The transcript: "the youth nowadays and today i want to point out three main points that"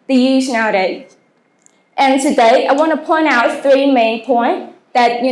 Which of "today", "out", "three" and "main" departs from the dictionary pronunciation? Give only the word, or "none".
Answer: none